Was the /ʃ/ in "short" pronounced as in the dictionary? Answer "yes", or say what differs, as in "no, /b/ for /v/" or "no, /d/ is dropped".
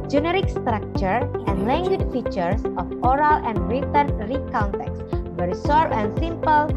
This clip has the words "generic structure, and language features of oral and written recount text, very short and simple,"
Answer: no, /s/ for /ʃ/